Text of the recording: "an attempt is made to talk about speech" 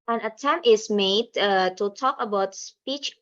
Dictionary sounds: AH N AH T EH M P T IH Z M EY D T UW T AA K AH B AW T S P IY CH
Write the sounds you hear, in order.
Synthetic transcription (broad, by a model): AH N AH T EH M T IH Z M EY D T UW T AA K AH B AW T S P IY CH